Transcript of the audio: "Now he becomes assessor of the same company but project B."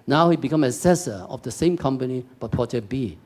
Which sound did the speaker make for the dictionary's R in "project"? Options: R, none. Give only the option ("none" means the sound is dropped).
none